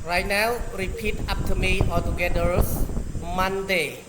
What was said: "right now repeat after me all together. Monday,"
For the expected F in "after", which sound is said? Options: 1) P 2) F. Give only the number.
1